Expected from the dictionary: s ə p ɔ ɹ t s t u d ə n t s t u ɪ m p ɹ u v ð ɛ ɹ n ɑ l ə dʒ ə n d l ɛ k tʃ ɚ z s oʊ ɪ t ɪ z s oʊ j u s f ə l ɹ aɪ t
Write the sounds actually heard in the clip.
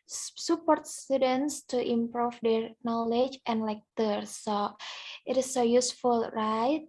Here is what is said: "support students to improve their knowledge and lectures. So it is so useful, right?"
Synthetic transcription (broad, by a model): s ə p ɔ ɹ t s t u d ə n s t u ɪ m p ɹ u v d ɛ ɹ n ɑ l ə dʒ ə n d l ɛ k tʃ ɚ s s oʊ ɪ t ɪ s oʊ j u s f ə l ɹ aɪ t